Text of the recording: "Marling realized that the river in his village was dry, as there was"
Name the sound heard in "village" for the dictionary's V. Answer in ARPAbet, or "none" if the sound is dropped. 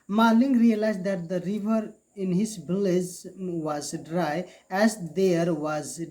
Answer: B